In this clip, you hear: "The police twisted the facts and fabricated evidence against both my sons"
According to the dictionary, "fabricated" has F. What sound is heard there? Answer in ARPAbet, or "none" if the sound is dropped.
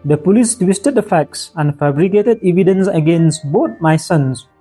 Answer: F